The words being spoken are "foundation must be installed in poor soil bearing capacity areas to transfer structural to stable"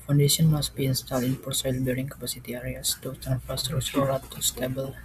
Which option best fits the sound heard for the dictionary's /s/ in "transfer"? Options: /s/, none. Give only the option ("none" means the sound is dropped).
none